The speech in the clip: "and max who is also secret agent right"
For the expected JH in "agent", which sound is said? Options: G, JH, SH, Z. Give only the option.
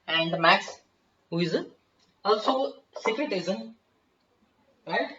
Z